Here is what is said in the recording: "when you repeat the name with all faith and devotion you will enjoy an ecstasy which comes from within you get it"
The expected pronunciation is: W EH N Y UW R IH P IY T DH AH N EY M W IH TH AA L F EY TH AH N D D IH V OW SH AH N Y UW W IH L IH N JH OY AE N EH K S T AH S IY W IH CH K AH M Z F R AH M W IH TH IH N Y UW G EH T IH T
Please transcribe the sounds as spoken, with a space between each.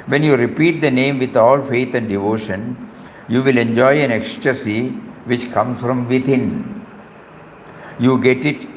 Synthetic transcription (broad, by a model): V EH N Y UW R IH P IY T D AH N EY M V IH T AA L F EY T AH N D D IH V OW SH AH N Y UW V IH L IH N JH OY AE N EH K S T AH S IY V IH CH K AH M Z F R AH M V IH T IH N Y UW G EH T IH T